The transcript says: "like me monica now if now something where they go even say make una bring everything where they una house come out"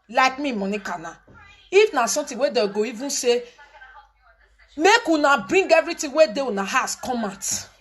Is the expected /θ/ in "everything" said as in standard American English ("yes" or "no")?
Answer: no